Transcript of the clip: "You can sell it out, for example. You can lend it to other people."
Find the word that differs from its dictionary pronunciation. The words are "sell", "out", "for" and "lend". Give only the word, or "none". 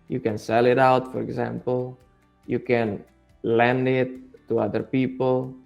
none